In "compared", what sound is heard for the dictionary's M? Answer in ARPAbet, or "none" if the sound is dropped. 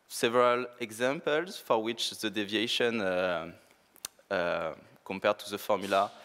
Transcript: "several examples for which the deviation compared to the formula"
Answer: M